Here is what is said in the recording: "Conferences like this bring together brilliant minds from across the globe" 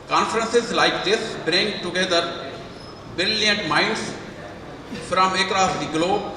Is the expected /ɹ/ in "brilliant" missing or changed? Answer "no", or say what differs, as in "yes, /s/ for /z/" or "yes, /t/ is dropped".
yes, /ɹ/ is dropped